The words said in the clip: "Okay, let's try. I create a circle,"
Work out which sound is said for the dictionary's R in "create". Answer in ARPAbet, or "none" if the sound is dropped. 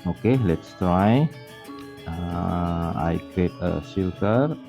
none